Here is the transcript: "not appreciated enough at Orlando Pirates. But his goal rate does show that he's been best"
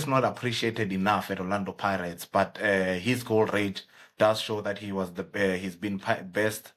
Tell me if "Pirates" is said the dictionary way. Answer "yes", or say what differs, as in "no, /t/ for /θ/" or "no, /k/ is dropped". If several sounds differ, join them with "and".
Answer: yes